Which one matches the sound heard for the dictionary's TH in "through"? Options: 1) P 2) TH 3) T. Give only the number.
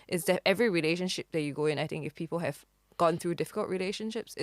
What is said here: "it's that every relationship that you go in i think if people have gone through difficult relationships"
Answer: 2